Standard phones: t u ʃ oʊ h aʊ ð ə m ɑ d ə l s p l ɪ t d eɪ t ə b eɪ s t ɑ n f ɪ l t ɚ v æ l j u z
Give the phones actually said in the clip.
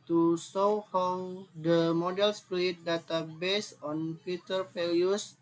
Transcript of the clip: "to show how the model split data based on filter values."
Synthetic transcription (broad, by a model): t u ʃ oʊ h aʊ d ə m ɑ d ə l s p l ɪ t d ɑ t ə b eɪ s ɑ n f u t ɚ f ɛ l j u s